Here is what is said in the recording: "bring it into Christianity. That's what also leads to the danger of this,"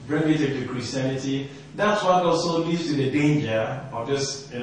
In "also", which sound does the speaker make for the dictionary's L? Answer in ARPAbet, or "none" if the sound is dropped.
none